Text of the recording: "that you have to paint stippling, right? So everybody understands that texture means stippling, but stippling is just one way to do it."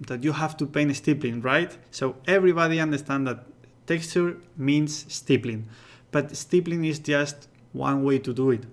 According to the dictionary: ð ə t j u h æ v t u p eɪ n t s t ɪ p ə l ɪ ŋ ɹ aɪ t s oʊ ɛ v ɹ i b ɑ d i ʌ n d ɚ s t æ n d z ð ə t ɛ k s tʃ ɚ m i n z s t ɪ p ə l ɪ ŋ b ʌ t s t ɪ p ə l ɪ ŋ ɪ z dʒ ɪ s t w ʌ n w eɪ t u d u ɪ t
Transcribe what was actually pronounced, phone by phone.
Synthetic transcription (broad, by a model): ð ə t j u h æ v t u p eɪ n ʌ s t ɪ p l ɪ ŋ ɹ aɪ t s oʊ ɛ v ɹ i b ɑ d i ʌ n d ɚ s t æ n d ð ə t ɛ k s tʃ ɚ m i n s t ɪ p l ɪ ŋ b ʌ t s t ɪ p l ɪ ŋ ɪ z dʒ ɪ s t w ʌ n w eɪ t u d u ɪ t